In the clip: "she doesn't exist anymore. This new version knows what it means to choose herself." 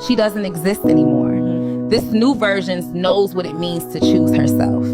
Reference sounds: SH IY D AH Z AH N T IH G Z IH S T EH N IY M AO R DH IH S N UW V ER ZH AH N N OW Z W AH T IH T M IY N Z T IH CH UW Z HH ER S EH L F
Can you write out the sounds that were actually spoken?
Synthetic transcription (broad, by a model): SH IY D AH Z AH N T IH G Z IH S T EH N IY M AO R DH IH S N UW V ER ZH AH N N OW Z W AH T IH T M IY N Z T IH CH UW Z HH ER S EH L F